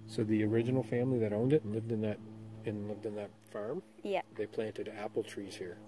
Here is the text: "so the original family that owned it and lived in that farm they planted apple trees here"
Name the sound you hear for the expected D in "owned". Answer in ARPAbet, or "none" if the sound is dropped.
D